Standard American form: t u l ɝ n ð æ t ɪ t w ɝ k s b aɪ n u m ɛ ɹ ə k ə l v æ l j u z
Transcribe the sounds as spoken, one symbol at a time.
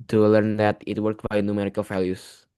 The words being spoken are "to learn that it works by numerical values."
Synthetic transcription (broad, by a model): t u l ɝ n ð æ t ɪ t w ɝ k b aɪ n u m ɛ ɹ ə k ə l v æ l j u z